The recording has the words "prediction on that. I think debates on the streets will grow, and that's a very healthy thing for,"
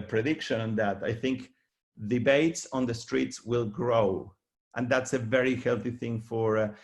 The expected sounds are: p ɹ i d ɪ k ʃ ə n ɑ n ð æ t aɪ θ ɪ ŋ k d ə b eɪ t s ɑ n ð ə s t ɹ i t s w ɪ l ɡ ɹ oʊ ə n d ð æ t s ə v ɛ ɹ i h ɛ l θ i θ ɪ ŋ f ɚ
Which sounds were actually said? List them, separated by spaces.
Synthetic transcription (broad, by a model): p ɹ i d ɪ k ʃ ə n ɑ n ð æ t aɪ θ ɪ ŋ k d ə b eɪ t s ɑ n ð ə s t ɹ i t s w ɪ l ɡ ɹ oʊ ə n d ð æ t s ə v ɛ ɹ i h ɛ l θ i θ ɪ ŋ f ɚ